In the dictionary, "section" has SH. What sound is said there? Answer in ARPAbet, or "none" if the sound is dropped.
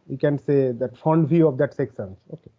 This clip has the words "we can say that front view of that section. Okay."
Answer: S